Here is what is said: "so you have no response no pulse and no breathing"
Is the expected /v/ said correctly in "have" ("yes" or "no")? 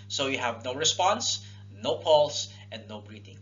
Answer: yes